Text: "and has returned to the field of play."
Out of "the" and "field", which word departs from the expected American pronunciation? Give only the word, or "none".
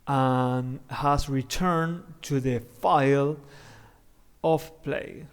field